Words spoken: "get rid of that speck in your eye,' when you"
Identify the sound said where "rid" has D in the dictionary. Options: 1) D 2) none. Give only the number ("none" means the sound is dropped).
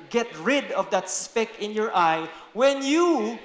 1